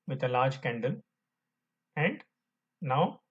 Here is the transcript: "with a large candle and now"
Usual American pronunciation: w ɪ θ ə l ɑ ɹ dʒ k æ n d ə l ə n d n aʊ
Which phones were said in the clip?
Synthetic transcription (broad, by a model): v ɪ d ə l ɑ ɹ dʒ k æ n d ə l ə n d n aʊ